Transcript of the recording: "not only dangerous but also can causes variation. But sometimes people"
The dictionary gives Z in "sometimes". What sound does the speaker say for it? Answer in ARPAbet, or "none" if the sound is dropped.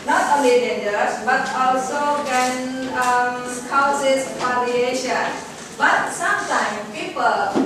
none